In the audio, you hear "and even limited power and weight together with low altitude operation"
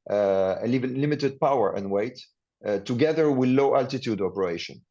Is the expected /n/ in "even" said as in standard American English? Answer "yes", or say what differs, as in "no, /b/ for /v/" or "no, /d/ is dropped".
no, /l/ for /n/